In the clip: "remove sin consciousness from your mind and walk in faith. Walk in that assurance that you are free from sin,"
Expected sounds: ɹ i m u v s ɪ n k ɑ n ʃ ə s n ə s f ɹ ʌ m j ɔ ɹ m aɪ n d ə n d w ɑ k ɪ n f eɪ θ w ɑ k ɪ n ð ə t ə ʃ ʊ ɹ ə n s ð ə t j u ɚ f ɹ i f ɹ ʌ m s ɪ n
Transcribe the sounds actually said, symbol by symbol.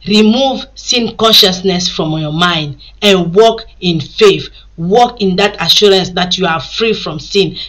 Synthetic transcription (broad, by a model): ɹ i m u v s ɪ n k ɑ n ʃ ə s n ə s f ɹ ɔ m j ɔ m aɪ n d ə n w ɑ k ɪ n f eɪ θ w ɑ k ɪ n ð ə t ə ʃ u ɹ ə n s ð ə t j u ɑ f ɹ i f ɹ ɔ m s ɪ n